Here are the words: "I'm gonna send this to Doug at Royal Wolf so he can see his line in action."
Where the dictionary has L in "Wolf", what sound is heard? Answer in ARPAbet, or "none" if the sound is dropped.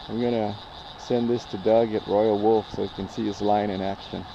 L